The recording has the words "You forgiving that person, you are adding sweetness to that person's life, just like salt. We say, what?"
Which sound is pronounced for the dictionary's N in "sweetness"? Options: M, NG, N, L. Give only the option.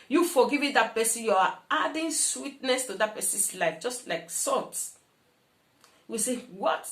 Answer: N